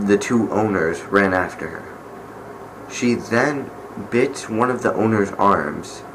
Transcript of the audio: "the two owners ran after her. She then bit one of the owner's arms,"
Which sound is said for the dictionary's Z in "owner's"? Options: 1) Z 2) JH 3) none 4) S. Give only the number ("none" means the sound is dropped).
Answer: 1